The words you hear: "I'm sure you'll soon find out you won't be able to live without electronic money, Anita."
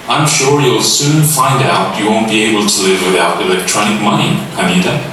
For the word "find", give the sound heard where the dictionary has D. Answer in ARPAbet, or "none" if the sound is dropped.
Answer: D